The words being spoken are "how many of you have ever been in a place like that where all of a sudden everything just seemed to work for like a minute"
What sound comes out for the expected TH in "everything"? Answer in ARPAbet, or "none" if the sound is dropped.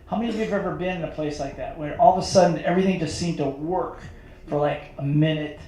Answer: TH